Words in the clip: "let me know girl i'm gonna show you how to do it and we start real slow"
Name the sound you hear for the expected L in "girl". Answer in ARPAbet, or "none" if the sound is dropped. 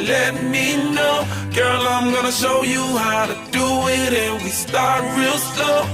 L